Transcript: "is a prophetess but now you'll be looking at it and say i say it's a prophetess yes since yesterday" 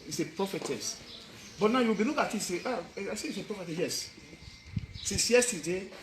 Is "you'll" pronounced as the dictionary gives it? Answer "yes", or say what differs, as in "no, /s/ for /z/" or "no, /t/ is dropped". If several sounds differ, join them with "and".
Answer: no, /w/ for /l/